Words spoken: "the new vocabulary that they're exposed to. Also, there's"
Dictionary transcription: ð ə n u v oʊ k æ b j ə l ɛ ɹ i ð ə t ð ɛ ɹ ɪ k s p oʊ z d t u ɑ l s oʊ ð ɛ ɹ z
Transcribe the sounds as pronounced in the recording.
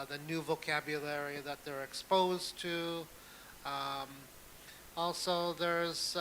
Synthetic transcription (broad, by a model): ð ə n u v oʊ k æ b j ə l ɛ ɹ i ð ə t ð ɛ ɹ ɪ k s p oʊ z t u ɑ l s oʊ ð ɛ ɹ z